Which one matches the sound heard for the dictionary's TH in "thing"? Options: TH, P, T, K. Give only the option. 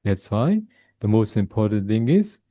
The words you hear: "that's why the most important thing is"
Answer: TH